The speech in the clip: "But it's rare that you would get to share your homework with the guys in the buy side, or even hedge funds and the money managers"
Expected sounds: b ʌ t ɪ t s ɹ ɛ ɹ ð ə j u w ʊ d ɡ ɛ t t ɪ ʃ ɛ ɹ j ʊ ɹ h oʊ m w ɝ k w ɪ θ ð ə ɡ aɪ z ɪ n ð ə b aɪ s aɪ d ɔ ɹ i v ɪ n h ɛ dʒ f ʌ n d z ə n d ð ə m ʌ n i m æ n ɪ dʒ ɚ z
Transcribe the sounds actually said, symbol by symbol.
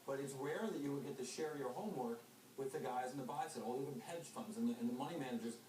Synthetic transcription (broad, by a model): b ʌ t ɪ t s w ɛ ɹ ð ə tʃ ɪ w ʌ d ɡ ɛ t t ɪ ʃ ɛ ɹ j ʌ ɹ h oʊ m w ɝ k w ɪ ð ə ɡ aɪ z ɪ n ð ə b aɪ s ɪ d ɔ l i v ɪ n h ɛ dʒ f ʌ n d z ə n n ð ə m ʌ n i m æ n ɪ dʒ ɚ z